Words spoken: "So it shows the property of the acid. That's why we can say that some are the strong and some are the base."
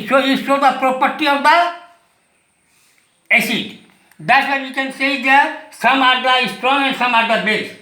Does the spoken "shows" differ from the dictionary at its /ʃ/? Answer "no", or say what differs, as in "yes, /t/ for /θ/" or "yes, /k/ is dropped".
yes, /s/ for /ʃ/